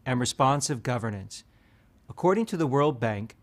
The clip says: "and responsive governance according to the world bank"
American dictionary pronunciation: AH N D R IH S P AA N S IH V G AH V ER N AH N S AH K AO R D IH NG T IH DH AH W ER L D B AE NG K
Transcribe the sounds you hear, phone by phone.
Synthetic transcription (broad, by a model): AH N R IH S P AA N S IH V G AH V ER N AH N S AH K AO R D IH NG T IH DH AH W ER L D B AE NG K